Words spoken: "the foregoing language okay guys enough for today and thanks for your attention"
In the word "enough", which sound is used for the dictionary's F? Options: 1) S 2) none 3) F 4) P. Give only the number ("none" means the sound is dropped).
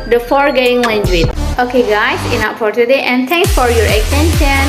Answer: 4